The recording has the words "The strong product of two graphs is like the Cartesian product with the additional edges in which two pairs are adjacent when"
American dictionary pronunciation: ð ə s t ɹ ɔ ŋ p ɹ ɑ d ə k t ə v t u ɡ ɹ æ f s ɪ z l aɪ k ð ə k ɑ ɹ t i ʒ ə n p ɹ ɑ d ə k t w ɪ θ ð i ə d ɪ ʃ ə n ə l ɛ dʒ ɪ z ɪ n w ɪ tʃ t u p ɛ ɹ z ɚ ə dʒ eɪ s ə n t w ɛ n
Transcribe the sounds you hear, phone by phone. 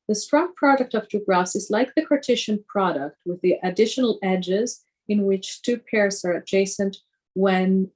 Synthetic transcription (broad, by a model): ð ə s t ɹ ɔ ŋ p ɹ ɑ d ə k t ə v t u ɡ ɹ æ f s ɪ z l aɪ k ð ə k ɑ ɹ t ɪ ʃ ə n p ɹ ɑ d ə k t w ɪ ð i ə d ɪ ʃ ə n l ɛ dʒ ɪ z ɪ n w ɪ tʃ t u p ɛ ɹ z ɚ ə dʒ eɪ s ə n t w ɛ n